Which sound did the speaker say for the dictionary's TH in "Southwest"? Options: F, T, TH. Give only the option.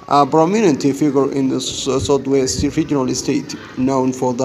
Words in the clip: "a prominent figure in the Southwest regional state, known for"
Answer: T